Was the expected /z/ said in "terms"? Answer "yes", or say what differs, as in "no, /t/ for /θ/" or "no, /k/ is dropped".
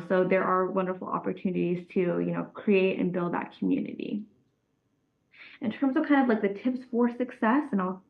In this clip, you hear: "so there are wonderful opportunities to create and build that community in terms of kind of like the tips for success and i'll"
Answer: yes